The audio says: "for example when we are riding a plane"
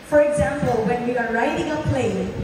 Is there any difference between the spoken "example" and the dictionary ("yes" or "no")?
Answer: no